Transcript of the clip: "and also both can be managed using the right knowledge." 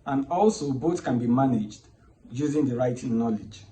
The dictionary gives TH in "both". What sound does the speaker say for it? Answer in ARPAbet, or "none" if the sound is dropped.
T